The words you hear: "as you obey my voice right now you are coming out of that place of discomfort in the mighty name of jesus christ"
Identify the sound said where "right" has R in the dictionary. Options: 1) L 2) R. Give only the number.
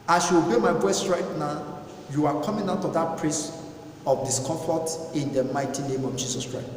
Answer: 2